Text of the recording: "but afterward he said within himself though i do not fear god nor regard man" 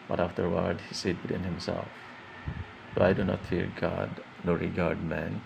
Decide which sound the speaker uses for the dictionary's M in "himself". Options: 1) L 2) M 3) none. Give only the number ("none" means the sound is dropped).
2